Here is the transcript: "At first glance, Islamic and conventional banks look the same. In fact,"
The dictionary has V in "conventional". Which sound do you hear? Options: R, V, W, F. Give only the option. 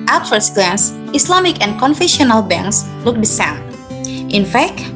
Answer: F